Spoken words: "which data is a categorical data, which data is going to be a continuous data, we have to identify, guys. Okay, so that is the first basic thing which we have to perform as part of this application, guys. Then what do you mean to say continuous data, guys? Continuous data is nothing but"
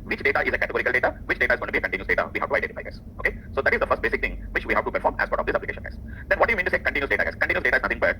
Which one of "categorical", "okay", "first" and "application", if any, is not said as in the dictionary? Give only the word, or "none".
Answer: none